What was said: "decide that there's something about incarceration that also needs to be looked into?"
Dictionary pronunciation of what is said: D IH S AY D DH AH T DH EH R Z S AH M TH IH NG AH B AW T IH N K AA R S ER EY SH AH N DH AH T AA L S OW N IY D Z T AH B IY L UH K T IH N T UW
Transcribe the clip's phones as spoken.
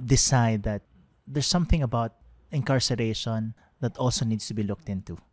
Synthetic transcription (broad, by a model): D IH S AY D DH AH T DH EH R S AH M TH IH NG AH B AW T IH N K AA R S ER EY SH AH N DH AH T AA L S OW N IY D S T AH B IY L UH K T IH N T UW